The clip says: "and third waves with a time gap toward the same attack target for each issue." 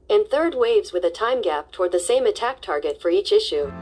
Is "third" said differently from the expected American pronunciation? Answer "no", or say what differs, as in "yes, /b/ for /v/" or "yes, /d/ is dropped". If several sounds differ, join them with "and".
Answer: no